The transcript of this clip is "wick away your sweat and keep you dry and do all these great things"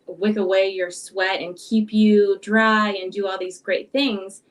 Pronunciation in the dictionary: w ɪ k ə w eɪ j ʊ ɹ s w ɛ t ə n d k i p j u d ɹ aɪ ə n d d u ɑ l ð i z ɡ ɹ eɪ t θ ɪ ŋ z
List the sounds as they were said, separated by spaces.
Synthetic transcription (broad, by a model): w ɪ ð ə w eɪ j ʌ ɹ s w ɛ t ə n k i p j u d ɹ aɪ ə n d d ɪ ɑ l ð i z ɡ ɹ eɪ t θ ɪ ŋ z